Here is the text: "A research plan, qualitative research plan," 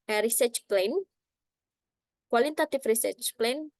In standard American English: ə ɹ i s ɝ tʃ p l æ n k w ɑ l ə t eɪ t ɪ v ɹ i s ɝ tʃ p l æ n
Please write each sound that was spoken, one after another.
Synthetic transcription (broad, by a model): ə ɹ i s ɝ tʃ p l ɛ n k w ɑ l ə t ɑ t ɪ f ɹ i s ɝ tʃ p l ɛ n